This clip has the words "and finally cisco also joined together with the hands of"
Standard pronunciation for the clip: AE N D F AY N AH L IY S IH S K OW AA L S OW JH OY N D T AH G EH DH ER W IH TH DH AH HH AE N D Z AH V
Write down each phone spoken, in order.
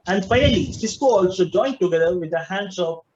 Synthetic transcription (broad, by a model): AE N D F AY AH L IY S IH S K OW AA L S OW JH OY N T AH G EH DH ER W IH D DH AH HH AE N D S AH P